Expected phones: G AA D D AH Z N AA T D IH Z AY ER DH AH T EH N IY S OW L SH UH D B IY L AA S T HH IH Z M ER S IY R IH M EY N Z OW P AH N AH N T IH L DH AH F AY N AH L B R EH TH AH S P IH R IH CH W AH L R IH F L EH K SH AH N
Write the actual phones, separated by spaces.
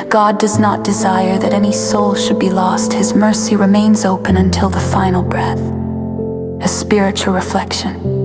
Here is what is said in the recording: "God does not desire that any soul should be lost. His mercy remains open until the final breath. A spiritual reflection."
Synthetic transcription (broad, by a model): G AA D D AH Z N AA T D IH Z AY ER DH AH T EH N IY S OW L SH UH D B IY L AA S T HH IH Z M ER S IY R IH M EY N Z OW P AH N AH N T IH L DH AH F AY N L B R EH TH AH S P IH R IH CH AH L R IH F L EH K SH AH N